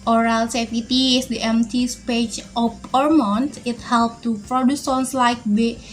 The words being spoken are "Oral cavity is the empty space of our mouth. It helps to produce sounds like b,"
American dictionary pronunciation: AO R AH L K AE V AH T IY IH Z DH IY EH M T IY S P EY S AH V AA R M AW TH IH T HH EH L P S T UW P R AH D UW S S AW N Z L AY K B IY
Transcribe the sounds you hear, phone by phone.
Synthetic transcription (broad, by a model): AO R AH L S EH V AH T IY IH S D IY EH M T IY S P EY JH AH P AA R M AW T IH T HH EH L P T UW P R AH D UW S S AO N S L AY K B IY